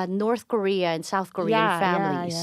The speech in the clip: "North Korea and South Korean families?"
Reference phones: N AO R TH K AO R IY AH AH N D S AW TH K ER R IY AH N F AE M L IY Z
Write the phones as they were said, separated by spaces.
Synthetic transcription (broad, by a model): N AO R TH K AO R IY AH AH N S AW TH K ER R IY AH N F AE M L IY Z